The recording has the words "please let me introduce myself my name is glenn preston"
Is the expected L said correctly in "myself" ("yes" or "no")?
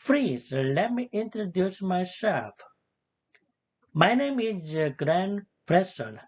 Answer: no